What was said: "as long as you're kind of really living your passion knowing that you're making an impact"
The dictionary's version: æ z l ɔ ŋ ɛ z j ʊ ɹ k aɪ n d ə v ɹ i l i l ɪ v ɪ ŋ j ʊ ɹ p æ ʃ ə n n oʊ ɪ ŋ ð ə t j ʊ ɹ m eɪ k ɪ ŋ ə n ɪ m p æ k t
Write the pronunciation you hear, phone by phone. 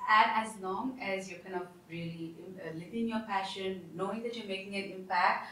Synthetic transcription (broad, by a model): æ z l ɔ ŋ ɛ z j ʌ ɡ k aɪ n ə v ɹ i l i l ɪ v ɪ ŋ j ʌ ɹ p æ ʃ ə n n oʊ ɪ ŋ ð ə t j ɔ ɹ m eɪ k ɪ ŋ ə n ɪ m p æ k t